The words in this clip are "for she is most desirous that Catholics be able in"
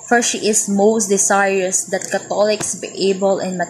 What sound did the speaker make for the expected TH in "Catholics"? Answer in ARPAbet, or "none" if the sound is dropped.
T